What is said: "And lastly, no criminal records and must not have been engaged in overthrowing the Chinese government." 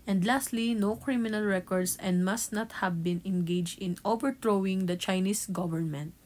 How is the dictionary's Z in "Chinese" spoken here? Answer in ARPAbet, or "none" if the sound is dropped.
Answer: S